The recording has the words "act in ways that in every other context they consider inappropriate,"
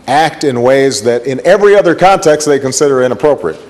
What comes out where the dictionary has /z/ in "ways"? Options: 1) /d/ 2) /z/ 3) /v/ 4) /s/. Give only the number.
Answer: 2